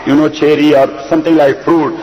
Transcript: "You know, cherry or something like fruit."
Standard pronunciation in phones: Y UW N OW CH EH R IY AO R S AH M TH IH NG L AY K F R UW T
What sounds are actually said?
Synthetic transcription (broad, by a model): Y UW N OW CH EH R IY AO R S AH M T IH NG L AY K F R UW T